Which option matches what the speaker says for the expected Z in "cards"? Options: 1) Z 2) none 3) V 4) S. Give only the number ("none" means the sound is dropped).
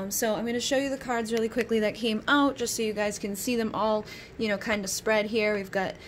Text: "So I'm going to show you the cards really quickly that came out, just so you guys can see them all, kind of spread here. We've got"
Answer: 1